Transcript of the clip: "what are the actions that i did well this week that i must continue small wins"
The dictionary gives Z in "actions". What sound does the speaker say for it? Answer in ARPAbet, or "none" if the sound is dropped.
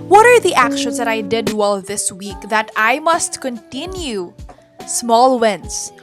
S